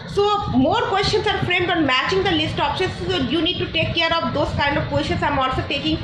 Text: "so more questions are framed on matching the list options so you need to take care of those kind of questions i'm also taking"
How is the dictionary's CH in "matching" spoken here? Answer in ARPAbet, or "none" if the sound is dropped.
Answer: CH